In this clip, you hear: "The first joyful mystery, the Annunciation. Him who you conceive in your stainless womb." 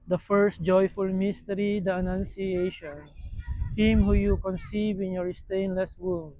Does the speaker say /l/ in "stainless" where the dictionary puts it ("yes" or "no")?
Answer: yes